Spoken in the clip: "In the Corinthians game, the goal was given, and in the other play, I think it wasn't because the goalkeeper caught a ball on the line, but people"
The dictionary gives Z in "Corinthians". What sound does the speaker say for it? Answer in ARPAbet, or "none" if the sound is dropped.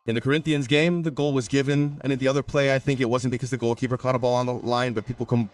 Z